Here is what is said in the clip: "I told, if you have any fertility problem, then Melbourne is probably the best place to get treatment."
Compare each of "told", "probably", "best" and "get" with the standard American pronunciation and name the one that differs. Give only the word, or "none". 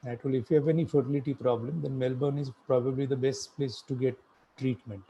told